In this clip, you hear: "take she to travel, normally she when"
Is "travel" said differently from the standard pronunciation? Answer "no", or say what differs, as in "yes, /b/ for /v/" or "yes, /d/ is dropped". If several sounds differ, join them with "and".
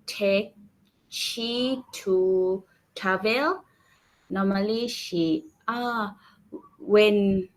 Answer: yes, /ɹ/ is dropped